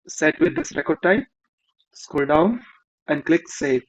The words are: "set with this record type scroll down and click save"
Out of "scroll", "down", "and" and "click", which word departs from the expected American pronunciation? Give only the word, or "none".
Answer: scroll